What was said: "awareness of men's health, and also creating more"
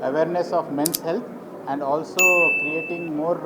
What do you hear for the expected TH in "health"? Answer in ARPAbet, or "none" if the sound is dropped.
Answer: T